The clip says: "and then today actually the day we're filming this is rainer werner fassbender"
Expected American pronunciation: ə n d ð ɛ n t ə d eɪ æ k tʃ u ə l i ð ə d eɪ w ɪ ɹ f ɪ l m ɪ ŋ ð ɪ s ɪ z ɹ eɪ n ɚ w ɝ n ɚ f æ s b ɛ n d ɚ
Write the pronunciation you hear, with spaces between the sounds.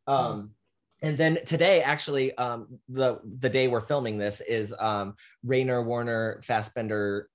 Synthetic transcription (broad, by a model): ə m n ð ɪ n t ə d eɪ æ k tʃ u ə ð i ð ə d eɪ w ɪ ɹ f ɪ l m ɪ ŋ ð ɪ s ɪ z ɹ eɪ n ɚ w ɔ n ɚ f æ s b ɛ n d ɚ